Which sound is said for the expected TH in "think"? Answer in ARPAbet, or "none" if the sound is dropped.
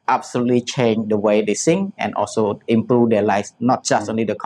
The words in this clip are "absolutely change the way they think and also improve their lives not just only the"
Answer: S